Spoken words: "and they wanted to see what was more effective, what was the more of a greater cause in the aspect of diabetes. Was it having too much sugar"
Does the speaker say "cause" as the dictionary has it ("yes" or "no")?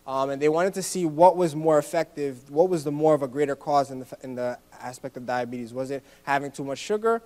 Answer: yes